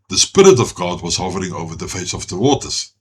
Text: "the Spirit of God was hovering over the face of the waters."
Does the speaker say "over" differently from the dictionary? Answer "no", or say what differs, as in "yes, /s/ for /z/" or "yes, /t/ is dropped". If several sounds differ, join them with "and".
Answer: no